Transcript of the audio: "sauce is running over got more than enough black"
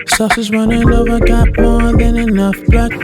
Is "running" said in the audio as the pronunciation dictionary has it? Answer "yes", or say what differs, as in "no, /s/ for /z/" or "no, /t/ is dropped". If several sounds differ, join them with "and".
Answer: no, /w/ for /ɹ/